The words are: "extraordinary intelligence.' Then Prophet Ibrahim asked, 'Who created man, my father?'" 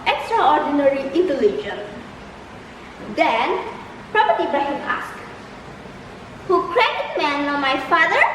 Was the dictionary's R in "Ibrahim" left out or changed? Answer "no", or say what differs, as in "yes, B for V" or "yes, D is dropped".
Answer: yes, R is dropped